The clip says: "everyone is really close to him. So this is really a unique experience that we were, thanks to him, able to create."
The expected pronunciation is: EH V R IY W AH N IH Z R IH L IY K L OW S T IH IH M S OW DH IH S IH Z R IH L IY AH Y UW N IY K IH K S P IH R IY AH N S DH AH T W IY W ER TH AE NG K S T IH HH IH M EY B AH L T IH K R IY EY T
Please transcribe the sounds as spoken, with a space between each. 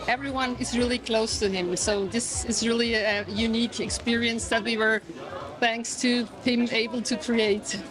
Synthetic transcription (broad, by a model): EH V R IY W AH N IH Z R IH L IY K L OW S T IH IH M S OW DH IH S IH Z R IH L IY AH Y UW N IY K IH K S P IH R IY AH N S DH AH T W IY W ER TH AE NG K S T IH HH IH M EY B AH L T IH K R IY EY T